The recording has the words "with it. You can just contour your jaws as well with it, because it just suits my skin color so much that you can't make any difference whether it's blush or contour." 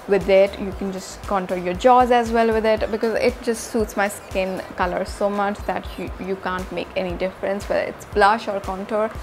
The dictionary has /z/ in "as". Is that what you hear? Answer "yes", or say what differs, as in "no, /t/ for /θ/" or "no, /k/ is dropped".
yes